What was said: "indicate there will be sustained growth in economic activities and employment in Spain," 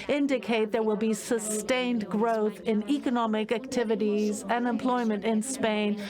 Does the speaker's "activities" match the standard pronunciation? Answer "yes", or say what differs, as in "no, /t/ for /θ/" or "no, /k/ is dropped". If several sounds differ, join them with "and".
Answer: yes